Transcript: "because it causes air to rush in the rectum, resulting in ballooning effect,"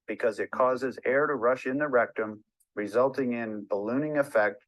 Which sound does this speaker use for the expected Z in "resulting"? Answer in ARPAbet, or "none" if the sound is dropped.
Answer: Z